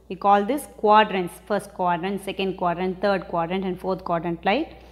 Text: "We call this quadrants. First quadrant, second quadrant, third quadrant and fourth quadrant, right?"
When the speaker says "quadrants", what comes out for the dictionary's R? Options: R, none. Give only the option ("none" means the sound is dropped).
R